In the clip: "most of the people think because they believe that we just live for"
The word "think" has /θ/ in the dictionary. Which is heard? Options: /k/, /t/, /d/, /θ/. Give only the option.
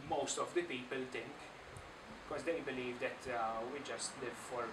/t/